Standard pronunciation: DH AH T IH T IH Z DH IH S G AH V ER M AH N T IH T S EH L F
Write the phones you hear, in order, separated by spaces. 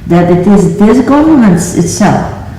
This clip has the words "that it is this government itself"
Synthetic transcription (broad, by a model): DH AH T IH T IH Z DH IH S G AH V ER AH N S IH T S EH L F